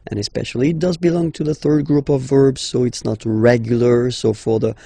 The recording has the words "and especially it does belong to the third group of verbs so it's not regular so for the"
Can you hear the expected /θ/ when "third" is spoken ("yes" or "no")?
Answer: yes